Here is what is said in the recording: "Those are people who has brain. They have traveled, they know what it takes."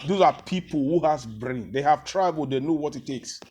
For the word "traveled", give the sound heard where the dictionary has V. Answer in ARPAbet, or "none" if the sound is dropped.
B